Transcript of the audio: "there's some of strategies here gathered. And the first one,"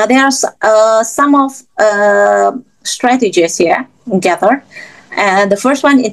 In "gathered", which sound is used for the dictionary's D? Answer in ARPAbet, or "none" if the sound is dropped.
none